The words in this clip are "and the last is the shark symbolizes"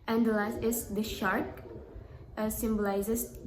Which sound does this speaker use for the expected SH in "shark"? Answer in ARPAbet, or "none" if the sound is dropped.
SH